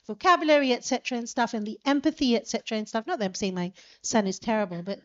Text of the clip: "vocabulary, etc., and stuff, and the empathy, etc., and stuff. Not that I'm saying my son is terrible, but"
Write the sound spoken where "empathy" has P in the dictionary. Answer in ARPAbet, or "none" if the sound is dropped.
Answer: P